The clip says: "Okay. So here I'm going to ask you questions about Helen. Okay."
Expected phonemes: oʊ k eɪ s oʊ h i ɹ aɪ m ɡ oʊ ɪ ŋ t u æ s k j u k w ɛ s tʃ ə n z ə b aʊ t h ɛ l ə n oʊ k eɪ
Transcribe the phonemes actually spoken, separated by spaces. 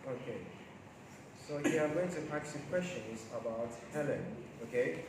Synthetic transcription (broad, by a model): oʊ k eɪ s oʊ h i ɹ aɪ m ɡ oʊ ɪ ŋ t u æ k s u k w ɛ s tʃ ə n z ə b aʊ t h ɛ l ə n oʊ k eɪ